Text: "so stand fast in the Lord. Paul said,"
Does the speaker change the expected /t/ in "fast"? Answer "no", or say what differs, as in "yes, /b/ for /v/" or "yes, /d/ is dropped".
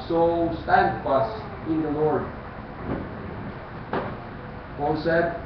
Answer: yes, /t/ is dropped